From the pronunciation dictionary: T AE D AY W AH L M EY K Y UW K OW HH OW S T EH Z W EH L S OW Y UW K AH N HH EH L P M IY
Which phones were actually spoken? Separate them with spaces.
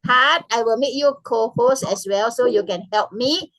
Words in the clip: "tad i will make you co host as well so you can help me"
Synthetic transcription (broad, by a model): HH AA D AY W AH L M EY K Y UW K OW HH OW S EH S W EH L S OW Y UW K AH N HH EH L P M IY